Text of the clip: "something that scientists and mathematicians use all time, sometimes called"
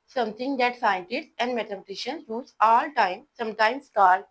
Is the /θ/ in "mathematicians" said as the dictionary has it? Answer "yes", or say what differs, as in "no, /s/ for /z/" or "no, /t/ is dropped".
no, /t/ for /θ/